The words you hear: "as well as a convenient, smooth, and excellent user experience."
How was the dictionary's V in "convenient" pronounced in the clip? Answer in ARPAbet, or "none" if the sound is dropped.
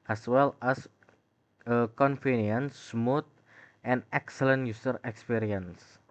F